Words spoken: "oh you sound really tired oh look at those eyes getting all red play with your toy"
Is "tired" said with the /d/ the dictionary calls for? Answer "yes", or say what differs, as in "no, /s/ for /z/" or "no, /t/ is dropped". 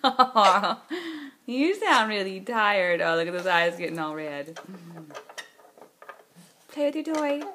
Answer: yes